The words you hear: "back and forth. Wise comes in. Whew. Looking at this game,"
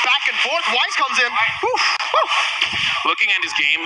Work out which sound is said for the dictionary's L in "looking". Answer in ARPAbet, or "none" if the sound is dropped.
W